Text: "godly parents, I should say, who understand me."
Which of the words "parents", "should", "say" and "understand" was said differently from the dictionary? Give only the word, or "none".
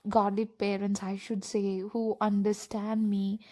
none